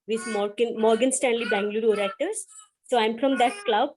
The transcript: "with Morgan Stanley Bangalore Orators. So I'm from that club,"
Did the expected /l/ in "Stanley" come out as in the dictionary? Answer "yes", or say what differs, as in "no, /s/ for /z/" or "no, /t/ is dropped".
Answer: yes